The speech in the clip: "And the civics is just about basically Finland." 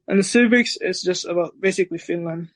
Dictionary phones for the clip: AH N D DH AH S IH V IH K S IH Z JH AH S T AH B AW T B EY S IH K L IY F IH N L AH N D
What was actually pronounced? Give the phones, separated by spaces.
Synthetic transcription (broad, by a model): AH N DH AH S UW B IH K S IH S JH AH S T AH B AW T B EY S IH K L IY F IH N L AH N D